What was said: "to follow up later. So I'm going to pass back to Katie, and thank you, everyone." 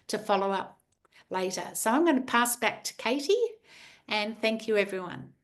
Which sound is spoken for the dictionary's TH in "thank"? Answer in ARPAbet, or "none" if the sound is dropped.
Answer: TH